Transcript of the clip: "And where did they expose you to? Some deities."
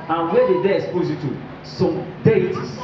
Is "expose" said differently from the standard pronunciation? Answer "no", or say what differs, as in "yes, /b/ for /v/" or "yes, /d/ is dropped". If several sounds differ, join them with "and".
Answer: yes, /k/ is dropped